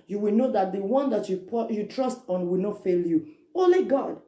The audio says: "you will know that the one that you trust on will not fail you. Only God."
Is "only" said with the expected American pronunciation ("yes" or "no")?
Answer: no